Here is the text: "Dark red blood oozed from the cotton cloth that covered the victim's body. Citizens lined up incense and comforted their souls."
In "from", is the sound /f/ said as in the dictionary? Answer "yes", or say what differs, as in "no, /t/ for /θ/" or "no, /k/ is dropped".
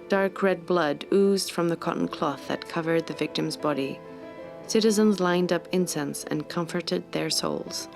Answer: yes